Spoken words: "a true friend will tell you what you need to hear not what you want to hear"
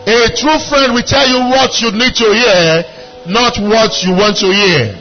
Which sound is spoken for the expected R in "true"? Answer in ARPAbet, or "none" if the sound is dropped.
R